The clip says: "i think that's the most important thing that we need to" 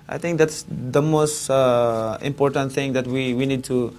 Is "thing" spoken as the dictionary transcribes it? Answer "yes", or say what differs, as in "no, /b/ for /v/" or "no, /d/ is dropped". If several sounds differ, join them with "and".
no, /t/ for /θ/